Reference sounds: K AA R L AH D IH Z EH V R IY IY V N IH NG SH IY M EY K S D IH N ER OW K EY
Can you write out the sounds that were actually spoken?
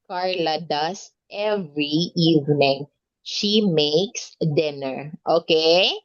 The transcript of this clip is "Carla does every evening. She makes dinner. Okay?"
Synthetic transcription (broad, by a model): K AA R L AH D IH S EH V R IY IY V N IH NG SH IY M EY K S D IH N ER OW K EY